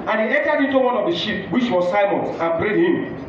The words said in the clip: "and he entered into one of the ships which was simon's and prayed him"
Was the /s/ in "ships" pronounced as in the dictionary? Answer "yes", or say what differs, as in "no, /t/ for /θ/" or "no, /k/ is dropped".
no, /s/ is dropped